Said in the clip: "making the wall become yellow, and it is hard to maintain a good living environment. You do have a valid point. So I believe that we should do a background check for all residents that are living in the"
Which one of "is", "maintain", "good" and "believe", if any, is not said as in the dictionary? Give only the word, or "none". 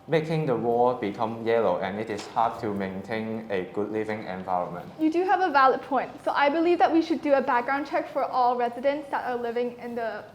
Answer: is